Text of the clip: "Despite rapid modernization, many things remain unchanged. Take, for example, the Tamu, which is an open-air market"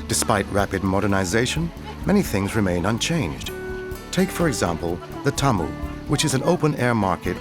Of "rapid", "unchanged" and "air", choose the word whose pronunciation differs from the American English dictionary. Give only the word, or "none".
none